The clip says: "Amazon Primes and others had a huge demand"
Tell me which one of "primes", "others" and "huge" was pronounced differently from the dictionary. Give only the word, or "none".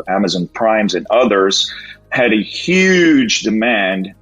none